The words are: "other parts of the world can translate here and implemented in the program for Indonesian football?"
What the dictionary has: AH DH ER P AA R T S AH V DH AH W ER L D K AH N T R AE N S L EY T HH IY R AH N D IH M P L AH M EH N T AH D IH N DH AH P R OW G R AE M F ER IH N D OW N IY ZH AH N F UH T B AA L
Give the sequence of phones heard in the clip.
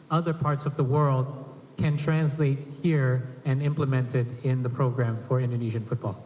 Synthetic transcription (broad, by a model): AH DH ER P AA R T S AH V DH AH W ER L D K AH N T R AE N S L EY T HH IY R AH N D IH M P L AH M EH N T AH D IH N DH AH P R OW G R AE M F ER IH N D OW N IY ZH AH N F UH T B AA L